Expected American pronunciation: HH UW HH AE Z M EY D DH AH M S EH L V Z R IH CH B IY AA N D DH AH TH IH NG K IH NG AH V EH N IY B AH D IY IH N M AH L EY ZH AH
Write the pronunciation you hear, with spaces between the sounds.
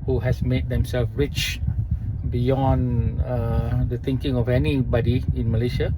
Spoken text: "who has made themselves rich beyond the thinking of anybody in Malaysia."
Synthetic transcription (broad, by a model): HH UW HH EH S M EY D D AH M S EH L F R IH CH B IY AA N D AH T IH NG K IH NG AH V EH N IY B AH D IY IH N M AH L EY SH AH